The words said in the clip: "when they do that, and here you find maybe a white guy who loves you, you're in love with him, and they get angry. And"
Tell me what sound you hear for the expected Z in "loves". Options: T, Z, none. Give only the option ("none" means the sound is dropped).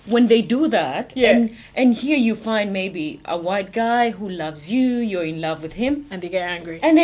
Z